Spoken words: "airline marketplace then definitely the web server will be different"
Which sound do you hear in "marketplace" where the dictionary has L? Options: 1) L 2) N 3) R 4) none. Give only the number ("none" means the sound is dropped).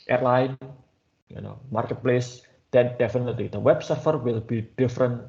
1